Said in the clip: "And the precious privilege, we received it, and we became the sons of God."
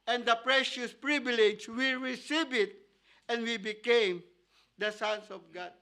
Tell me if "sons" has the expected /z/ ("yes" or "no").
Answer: no